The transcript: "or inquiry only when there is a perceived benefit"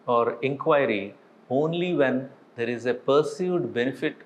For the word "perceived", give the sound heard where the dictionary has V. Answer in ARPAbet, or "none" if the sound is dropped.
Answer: none